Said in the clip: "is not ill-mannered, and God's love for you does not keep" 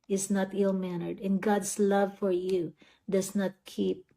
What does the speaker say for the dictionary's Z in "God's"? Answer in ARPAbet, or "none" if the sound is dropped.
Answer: S